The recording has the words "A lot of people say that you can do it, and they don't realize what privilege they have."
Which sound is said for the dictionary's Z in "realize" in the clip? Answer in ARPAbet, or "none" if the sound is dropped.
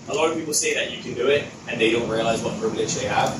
Z